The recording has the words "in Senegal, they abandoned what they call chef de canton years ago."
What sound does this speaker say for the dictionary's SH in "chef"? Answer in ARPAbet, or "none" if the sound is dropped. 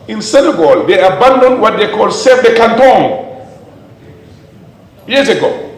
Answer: S